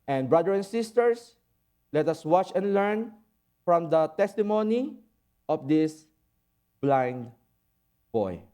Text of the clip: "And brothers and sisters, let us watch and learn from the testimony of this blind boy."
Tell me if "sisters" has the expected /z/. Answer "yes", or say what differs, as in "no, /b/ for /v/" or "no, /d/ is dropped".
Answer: no, /s/ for /z/